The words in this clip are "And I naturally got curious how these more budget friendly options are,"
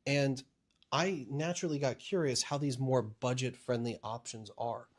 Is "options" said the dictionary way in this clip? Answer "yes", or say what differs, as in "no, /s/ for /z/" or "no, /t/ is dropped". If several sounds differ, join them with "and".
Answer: yes